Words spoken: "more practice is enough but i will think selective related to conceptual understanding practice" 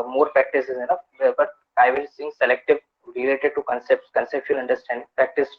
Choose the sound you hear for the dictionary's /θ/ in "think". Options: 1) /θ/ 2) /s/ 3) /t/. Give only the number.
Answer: 2